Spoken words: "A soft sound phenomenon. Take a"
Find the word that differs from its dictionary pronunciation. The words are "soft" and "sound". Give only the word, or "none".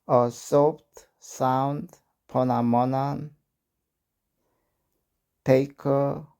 soft